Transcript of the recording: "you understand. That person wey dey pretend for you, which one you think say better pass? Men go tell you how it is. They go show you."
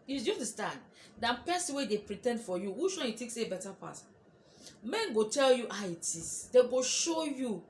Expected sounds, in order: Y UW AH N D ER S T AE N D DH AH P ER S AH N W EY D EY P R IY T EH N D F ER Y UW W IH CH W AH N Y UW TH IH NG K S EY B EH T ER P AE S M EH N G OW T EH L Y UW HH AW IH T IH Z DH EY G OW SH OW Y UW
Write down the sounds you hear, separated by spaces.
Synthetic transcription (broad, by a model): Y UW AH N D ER S T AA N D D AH P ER S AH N W EY D EY P R IY T EH N D F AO Y UW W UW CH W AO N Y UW T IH K S EY B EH T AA P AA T M EH N G OW T EH L Y UW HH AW IH T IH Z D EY G OW SH OW Y UW